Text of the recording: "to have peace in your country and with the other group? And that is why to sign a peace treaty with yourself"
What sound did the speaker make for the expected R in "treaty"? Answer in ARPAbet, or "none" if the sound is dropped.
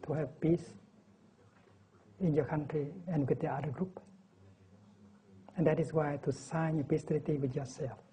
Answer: L